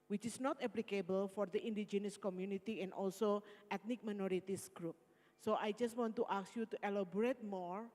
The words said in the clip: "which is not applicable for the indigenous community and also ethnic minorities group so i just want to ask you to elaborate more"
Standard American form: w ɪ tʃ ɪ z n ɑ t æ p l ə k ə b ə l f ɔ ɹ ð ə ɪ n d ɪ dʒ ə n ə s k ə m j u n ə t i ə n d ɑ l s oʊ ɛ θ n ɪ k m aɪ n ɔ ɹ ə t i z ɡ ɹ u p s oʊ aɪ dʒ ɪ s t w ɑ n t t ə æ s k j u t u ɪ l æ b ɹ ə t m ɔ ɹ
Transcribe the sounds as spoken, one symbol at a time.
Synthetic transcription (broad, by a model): w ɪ tʃ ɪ s n ɑ t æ p l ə k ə b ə l f ɔ ɹ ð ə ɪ n d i dʒ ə n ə s k ə m j u n ə t i ə n d ɑ l s oʊ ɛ t n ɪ k m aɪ n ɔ ɹ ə t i s ɡ ɹ u p s oʊ aɪ dʒ ɪ s t w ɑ n t t ə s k j u t u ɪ l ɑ b ɹ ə t m ɔ ɹ